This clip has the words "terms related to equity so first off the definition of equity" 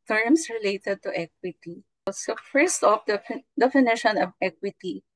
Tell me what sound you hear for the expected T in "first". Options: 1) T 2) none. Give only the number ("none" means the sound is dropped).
1